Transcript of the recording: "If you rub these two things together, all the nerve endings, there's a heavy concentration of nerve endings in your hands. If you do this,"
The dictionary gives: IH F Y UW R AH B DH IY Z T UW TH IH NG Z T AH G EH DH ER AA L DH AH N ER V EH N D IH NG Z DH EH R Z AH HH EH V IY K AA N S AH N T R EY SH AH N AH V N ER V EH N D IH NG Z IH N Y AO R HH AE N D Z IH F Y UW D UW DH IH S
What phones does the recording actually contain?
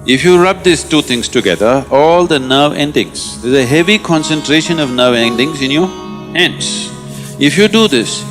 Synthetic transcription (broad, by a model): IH F Y UW R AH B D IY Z T UW T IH NG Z T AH G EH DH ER AA L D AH N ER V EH N D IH NG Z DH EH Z AH HH EH V IY K AA N S AH N T R EY SH AH N AH V N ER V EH N D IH NG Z IH N Y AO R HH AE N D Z IH F Y UW D UW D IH S